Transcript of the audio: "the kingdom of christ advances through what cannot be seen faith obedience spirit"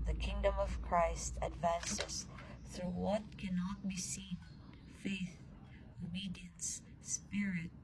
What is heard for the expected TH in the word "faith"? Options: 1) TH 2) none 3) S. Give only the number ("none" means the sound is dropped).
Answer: 1